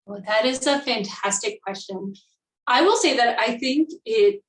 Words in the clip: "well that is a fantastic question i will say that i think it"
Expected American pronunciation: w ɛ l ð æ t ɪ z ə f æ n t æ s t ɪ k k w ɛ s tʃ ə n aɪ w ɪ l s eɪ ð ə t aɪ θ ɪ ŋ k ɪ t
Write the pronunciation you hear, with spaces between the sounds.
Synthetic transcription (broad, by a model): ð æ t ɪ z ə f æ n t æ s t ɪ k k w ɛ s tʃ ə n aɪ w ɪ l s eɪ ð ə t aɪ θ ɪ ŋ k ɪ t